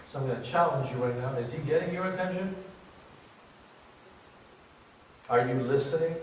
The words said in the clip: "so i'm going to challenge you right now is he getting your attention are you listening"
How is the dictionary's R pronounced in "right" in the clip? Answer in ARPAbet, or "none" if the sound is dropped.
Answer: W